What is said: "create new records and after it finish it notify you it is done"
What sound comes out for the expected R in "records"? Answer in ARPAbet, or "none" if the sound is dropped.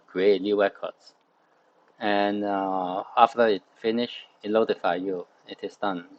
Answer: W